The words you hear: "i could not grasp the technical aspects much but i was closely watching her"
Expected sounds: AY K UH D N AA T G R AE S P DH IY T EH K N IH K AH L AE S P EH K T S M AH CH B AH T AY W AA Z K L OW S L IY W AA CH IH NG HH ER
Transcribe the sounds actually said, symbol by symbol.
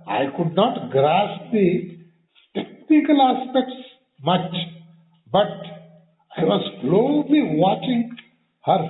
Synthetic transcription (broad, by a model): AY K UH D N AA T G R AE S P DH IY T EH K N IH K AH L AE S P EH K T S M AH CH B AH T AY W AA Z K L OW L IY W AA CH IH NG HH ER